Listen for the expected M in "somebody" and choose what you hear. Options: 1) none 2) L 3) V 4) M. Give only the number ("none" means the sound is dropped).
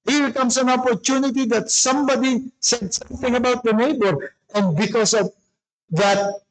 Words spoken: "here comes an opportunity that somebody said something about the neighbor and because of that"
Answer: 4